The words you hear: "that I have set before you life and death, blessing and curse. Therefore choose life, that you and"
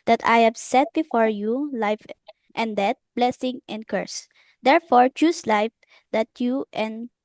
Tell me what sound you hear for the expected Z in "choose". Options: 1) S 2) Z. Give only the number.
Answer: 1